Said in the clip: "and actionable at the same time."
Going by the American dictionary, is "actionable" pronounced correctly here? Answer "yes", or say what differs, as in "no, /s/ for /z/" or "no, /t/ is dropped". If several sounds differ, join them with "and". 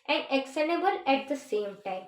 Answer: no, /s/ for /ʃ/